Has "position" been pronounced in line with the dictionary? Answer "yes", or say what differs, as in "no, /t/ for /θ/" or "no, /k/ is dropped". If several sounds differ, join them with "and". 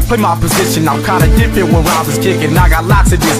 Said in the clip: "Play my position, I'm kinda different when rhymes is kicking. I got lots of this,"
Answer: yes